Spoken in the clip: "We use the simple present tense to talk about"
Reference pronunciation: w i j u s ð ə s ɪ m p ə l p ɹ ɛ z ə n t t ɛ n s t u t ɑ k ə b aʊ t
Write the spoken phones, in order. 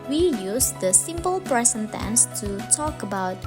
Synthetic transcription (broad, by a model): w i j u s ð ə s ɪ m p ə l p ɹ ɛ s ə n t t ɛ n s t u t ɑ k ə b aʊ t